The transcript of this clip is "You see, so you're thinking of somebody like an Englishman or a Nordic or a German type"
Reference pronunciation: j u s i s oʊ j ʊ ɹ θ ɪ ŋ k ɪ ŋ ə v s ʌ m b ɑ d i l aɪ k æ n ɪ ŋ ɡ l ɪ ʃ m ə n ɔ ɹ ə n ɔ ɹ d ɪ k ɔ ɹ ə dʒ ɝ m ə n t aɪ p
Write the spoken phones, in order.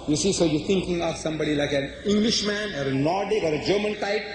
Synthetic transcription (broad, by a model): j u s i s oʊ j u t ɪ ŋ k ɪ ŋ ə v s ʌ m b ɑ d i l aɪ k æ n ɪ ŋ ɡ l ɪ ʃ m ə n ɔ ɹ ə n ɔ ɹ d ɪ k ɔ ɹ ə dʒ ɝ m ə n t aɪ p